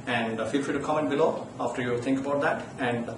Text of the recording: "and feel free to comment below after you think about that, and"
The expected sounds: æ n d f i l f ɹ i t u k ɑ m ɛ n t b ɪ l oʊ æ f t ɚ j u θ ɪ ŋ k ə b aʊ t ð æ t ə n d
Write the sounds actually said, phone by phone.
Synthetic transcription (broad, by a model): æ n d f i l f i t u k ɑ m ɛ n t b ɪ l oʊ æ f t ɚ j u t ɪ ŋ k ə b aʊ t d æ t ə n d